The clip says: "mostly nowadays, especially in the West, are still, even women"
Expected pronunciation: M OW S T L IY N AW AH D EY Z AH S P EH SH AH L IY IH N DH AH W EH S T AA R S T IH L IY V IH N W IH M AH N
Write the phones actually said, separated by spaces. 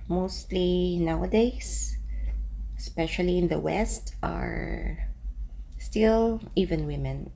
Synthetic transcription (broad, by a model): M OW S T L IY N AW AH D EY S S P EH SH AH L IY IH N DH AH W EH S T AA R S T IH L IY V IH N W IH M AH N